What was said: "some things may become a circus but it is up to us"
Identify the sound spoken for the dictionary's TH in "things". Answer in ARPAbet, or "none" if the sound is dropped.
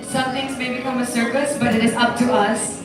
T